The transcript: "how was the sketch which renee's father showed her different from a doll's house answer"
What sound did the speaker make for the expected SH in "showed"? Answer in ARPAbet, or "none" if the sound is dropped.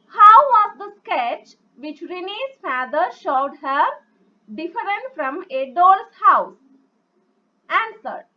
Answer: SH